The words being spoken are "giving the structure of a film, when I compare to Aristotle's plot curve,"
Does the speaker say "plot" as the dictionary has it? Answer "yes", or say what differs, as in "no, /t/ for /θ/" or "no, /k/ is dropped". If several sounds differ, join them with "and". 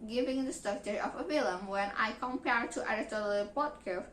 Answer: no, /l/ is dropped